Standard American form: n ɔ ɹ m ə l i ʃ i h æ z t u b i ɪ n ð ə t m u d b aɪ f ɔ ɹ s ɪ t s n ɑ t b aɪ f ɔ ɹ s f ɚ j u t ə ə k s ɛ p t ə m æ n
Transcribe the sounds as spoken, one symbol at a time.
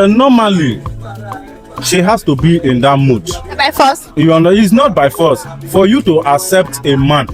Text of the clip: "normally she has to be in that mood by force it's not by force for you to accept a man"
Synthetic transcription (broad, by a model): n ɔ m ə l i ʃ i h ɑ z t u b i ɪ n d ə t m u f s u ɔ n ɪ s n ɑ t b aɪ f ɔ s f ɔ j u t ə ə k s ɛ p t ə m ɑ n